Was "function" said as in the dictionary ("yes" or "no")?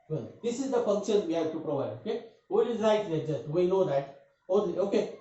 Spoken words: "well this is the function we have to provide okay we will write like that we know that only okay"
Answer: yes